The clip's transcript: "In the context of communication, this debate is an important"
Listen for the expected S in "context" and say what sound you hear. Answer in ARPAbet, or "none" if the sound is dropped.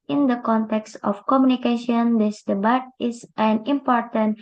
S